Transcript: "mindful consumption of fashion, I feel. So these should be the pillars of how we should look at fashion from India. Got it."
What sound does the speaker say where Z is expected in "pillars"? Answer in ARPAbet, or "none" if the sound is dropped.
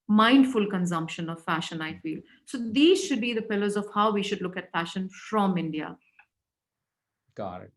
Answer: Z